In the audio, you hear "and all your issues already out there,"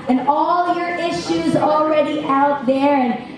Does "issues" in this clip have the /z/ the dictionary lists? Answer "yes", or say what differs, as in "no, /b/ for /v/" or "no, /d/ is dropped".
yes